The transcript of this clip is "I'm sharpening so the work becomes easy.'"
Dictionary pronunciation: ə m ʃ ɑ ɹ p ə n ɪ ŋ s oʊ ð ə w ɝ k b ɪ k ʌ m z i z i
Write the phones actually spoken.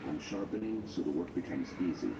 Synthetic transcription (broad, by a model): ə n ʃ ɑ ɹ p ə n ɪ ŋ s oʊ ð ə w ɝ k b ɪ k ʌ m z i z i